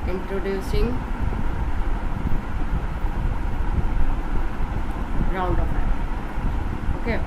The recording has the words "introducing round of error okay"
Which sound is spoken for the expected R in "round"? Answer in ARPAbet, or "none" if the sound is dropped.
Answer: R